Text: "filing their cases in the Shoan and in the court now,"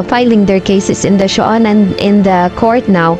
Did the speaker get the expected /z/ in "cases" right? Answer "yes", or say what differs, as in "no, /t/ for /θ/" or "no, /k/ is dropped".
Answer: no, /s/ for /z/